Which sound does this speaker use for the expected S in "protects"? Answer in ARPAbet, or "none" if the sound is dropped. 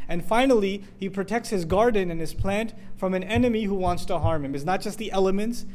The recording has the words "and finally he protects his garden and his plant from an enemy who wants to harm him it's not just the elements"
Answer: S